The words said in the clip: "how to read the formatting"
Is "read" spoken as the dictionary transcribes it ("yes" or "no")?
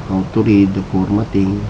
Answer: yes